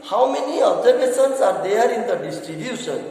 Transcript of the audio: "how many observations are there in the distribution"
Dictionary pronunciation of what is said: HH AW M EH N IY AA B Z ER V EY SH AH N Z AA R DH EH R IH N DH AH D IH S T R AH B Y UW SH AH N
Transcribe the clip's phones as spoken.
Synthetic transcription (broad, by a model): HH AW M EH N IY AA B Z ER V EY S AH N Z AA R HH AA R IH N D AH D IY S T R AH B Y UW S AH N